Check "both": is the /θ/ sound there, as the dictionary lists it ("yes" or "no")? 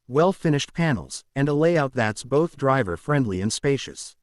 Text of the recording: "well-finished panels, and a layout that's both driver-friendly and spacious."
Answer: yes